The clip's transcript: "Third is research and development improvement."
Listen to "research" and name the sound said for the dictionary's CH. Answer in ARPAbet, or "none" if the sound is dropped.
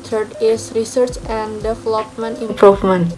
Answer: CH